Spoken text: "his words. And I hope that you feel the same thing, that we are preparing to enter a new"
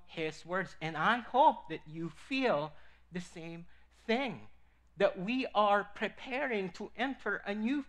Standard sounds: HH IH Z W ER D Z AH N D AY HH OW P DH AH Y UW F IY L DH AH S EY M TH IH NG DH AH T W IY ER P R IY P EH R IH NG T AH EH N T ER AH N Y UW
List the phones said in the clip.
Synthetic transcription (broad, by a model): HH IH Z W ER D Z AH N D AY HH OW P DH AH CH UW F IY L DH AH S EY M TH IH NG DH AH T W IY ER P R IY P EH R IH NG T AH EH N T ER AH N Y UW